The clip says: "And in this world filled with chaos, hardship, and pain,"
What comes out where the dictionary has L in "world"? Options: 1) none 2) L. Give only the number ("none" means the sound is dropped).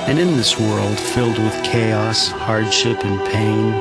2